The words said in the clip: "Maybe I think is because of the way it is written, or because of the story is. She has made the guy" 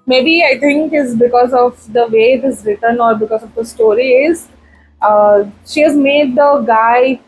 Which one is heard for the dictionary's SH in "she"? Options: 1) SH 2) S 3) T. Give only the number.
1